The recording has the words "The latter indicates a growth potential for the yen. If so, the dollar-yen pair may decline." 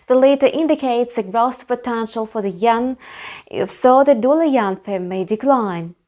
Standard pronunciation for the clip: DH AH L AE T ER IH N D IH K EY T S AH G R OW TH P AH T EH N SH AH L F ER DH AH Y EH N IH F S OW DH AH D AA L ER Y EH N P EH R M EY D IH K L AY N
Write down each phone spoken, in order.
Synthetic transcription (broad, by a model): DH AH L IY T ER IH N D IH K EY T S AH G R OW T P AH T EH N SH AH L F ER DH AH Y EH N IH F S OW DH AH D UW L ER Y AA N F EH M M EY D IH K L AY N